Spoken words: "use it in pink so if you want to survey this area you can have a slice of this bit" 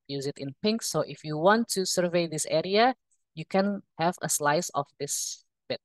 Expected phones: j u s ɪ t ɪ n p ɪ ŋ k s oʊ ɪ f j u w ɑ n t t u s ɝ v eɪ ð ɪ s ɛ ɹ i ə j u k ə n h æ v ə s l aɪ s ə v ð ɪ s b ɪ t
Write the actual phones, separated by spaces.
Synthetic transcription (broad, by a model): j u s ɪ t ɪ n p ɪ ŋ k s oʊ ɪ f j u w ɑ n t t u s ɝ v eɪ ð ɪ s ɛ ɹ i ə j u k ə n h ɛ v ə s l aɪ s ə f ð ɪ s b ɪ t